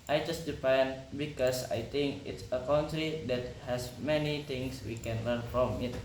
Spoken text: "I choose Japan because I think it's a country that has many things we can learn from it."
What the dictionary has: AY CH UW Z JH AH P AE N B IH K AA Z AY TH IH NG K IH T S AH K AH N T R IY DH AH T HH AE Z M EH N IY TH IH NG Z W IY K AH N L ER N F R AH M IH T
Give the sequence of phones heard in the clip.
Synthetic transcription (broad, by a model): AY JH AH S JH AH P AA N B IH K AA S AY T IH NG K IH T S AH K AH N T R IY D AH T HH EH S M EH N IY T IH NG S W IY K AH N L ER N F R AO M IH T